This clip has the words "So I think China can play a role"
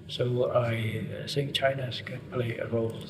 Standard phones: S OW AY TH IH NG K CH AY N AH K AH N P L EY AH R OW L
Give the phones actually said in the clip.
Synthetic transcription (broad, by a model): S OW AY S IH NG CH AY N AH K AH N P L EY AH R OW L